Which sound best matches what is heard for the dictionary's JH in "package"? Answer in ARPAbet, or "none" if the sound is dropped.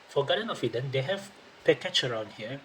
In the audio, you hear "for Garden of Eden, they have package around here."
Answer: CH